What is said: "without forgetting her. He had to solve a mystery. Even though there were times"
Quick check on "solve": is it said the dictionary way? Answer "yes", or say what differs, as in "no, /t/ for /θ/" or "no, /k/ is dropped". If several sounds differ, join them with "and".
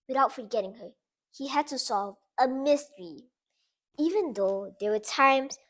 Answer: yes